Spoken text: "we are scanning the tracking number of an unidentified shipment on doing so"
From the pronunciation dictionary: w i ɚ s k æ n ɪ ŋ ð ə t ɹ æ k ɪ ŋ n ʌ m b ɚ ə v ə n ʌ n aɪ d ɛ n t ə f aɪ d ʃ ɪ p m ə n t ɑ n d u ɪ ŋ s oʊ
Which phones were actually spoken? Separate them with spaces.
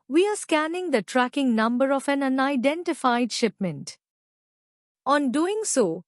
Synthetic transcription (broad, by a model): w i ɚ s k æ n ɪ ŋ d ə t ɹ æ k ɪ ŋ n ʌ m b ɚ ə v ə n ʌ n aɪ d ɛ n t ə f aɪ d ʃ ɪ p m ə n t ɑ n d u ɪ ŋ s oʊ